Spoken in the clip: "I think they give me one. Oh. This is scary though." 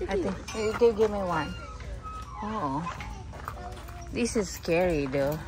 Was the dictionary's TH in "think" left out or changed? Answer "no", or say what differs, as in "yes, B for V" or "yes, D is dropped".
yes, T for TH